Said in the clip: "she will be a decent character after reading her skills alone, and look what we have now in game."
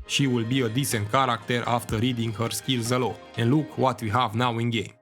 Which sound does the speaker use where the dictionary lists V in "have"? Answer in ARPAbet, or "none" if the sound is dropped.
V